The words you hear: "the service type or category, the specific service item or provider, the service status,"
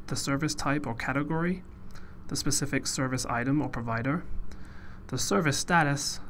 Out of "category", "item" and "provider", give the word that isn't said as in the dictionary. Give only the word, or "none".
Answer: none